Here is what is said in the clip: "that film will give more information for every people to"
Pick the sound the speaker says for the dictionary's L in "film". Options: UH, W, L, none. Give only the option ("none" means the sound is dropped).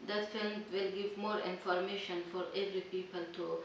L